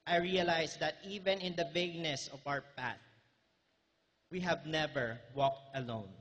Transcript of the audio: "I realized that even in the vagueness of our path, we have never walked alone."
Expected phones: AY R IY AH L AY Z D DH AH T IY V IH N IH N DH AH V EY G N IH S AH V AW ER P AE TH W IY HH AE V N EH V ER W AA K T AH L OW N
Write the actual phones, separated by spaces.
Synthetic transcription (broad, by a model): AY R IY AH L AY S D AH T IY V IH N IH N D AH V EY G N IH S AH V AW ER P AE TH W IY HH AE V N EH V ER W AA K T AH L OW N